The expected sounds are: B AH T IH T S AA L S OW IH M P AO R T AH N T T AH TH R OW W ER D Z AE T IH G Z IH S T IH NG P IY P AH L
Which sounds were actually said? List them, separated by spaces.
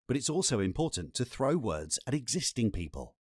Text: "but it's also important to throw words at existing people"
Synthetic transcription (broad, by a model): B AH T IH T S AA L S OW IH M P AO T N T T AH TH R OW W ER D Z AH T IH G Z IH S T IH NG P IY P AH L